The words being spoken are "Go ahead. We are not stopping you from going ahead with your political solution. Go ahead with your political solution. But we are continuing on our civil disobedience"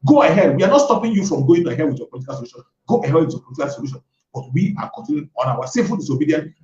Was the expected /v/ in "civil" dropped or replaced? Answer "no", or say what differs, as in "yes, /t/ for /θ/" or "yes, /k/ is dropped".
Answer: yes, /f/ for /v/